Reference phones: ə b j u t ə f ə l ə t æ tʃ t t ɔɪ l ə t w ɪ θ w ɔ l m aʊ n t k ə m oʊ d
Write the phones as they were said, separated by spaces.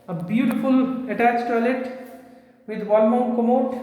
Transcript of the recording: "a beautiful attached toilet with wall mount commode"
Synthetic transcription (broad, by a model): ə b j u t ə f ə l ə t æ tʃ t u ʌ l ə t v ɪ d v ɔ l m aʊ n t k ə m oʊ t